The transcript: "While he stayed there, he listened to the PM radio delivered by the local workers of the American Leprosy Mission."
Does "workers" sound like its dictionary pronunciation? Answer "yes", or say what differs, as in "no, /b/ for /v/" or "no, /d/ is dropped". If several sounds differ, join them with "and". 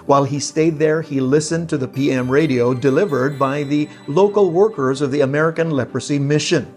yes